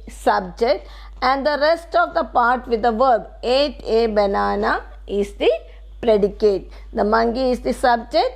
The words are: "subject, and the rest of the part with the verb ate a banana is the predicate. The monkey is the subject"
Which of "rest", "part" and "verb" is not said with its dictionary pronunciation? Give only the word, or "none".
none